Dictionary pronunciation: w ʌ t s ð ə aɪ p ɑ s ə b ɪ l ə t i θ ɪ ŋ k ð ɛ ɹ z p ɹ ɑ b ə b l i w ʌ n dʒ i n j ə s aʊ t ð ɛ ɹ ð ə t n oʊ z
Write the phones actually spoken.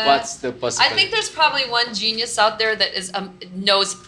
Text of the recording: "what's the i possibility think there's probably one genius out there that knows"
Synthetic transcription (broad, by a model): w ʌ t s ð ə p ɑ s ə ɪ θ ɪ ŋ k ð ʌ ɹ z p ɹ ɑ b ə b l i w ʌ n dʒ i n j ə s aʊ t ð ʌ ɹ ð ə t n oʊ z